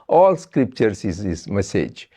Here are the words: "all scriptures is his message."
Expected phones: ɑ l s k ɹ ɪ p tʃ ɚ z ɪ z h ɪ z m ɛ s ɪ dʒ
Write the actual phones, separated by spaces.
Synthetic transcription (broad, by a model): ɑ l s k ɹ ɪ p tʃ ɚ s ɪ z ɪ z m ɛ s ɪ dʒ